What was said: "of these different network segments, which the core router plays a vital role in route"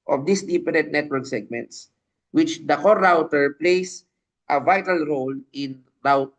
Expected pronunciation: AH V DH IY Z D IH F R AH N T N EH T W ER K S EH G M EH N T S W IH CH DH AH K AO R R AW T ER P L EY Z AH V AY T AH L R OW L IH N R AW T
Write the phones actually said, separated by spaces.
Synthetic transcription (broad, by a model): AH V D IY S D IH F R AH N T N EH T W ER K S EH G M EH N T S W IH CH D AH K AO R R AW T ER P L EY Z AH V AY T AH L R OW L IH N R AW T